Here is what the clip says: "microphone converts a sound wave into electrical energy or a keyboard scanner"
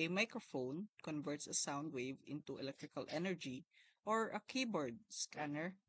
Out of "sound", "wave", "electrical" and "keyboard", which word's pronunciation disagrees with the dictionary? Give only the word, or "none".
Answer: none